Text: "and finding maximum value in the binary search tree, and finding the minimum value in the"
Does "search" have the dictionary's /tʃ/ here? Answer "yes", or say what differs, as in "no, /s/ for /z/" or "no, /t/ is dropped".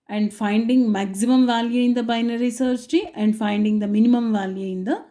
no, /s/ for /tʃ/